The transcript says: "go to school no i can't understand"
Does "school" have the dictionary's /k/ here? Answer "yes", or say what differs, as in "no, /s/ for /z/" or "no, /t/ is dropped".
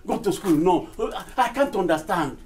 yes